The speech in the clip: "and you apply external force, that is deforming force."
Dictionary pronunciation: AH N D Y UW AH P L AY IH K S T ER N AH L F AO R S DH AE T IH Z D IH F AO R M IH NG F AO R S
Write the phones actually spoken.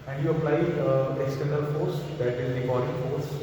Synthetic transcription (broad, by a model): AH N D Y UW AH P L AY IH S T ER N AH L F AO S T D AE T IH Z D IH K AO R IH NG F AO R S